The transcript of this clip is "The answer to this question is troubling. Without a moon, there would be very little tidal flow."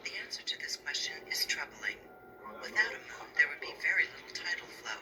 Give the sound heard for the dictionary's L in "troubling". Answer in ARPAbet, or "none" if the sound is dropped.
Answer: L